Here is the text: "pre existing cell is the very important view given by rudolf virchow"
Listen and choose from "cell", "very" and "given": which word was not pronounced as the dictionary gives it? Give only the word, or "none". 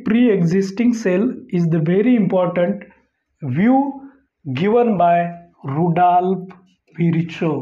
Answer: none